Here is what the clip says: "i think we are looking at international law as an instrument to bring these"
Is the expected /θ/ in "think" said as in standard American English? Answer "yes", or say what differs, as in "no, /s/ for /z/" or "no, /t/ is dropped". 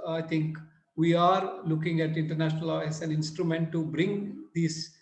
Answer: no, /t/ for /θ/